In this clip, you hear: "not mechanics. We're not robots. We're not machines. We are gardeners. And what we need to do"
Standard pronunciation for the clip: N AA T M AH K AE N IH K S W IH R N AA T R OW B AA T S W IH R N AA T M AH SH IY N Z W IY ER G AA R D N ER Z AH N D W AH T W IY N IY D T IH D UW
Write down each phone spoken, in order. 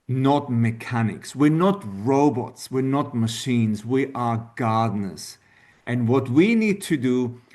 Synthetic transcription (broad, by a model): N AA T M AH K AE N IH K S W IH R N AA T R OW B AA T S W IH R N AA T M AH SH IY N Z W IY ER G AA R D N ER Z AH N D W AH T W IY N IY D T IH D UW